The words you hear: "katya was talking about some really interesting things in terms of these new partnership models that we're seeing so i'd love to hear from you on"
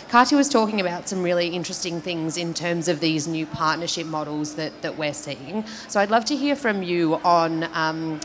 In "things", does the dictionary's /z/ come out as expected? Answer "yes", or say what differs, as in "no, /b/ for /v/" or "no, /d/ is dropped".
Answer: yes